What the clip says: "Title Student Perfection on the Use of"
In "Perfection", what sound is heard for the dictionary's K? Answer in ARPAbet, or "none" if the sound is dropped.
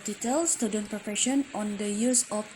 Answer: none